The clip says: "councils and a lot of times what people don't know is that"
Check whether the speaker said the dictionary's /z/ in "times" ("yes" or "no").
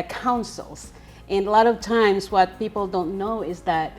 yes